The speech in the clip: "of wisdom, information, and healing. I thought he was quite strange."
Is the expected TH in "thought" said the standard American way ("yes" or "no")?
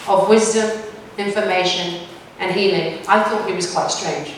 yes